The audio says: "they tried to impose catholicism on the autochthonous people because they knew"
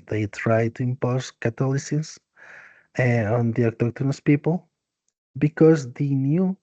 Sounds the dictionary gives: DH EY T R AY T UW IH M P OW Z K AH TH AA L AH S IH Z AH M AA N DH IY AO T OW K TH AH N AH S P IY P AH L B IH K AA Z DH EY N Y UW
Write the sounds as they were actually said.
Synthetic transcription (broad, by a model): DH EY T R AY T UW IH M P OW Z K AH T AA L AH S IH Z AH AA N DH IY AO T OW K T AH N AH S P IY P AH L B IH K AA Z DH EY N Y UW